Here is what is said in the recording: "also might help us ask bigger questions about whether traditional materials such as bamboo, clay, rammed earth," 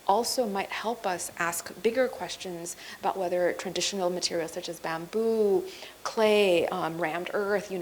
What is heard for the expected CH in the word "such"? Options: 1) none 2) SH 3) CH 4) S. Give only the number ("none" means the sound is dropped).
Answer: 3